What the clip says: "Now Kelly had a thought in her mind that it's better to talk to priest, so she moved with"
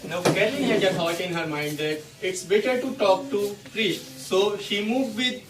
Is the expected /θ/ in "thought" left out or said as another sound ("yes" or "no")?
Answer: yes